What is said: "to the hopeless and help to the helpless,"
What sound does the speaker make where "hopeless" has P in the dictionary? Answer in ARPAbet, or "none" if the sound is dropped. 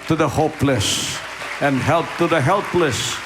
P